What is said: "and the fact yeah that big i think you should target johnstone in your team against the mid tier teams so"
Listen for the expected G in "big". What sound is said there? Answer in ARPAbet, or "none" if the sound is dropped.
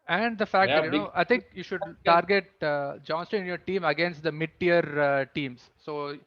none